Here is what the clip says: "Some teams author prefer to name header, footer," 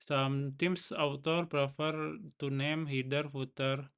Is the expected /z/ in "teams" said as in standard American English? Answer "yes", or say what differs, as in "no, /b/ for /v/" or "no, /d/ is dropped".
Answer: no, /s/ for /z/